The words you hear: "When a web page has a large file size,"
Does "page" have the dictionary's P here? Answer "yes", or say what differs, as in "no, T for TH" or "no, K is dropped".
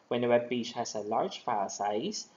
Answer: no, B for P